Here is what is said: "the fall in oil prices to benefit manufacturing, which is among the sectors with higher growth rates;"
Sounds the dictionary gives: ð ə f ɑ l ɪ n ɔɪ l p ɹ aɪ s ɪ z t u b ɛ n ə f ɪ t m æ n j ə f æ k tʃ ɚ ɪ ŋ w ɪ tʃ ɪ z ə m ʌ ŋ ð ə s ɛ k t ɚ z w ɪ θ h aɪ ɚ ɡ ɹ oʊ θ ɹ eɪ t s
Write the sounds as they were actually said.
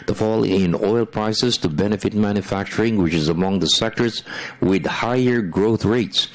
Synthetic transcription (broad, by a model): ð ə f ɑ l ɪ n ɔɪ l p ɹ aɪ s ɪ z t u b ɛ n ə f ɪ t m æ n j ə f æ k tʃ ɚ ɪ ŋ w ɪ tʃ ɪ z ə m ʌ ŋ ð ə s ɛ k t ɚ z w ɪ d h aɪ ɚ ɡ ɹ oʊ θ ɹ eɪ t s